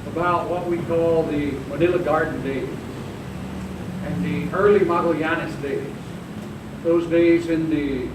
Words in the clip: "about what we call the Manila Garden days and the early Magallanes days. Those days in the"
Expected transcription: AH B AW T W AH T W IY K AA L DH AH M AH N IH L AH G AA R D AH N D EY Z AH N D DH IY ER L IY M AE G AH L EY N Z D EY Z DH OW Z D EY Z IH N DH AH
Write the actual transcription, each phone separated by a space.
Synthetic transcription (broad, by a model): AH B AW T W AH T W IY K AA L DH AH M AH N IH L AH G AA R D N D EY Z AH N DH IY ER L IY M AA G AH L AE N S D EY Z DH OW Z D EY Z IH N DH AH